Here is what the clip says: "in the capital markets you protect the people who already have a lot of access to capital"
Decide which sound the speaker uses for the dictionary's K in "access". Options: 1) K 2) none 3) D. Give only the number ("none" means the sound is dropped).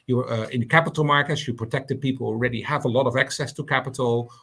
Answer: 1